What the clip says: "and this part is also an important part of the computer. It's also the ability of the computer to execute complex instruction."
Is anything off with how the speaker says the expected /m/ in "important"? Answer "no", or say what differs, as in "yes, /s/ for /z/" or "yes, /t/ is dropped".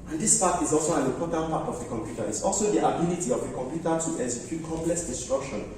yes, /m/ is dropped